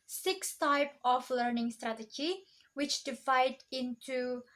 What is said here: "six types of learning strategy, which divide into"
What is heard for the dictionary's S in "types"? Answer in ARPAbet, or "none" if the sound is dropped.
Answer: none